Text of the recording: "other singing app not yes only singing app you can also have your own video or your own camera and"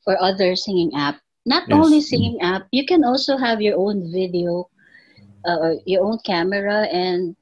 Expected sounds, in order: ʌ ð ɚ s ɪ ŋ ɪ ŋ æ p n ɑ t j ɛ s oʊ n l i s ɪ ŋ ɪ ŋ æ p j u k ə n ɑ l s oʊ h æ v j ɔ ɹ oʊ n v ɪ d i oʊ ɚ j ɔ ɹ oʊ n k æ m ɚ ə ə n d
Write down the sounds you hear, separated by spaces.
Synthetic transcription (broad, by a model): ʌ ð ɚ s ɪ ŋ ɪ ŋ æ p n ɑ t oʊ n l i s ɪ ŋ ɪ ŋ æ p j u k ə n ɑ l s oʊ h æ v j ɔ ɹ oʊ n v ɪ d i oʊ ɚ j ɔ ɹ oʊ n k æ m ɚ ə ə n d